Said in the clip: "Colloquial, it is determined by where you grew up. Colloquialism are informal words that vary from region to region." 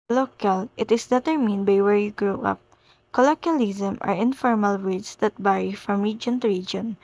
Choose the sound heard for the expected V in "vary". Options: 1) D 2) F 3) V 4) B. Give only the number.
4